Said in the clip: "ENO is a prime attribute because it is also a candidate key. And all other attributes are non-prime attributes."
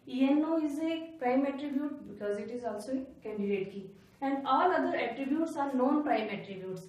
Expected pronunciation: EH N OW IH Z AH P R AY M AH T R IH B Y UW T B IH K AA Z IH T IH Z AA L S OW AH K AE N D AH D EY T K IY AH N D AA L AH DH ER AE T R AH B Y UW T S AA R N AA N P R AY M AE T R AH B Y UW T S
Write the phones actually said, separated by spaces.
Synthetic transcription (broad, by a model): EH N OW IH Z AH P R AY M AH T R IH B Y UW T B IH K AA Z IH T IH Z AA L S OW AH K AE N D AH D EY T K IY AH N D AA L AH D ER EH T R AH B Y UW T S AA R N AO N P R AY M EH T R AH B Y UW T S